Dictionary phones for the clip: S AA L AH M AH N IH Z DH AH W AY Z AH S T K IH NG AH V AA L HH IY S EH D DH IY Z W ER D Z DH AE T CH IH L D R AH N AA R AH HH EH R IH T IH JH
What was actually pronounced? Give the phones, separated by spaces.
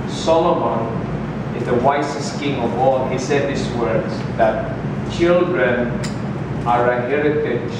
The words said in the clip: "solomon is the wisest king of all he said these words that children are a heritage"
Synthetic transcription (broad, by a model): S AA L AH M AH N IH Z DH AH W AY S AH S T K IH NG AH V AA L HH IY S EH D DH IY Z W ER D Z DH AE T CH IH L D R AH N AA R AH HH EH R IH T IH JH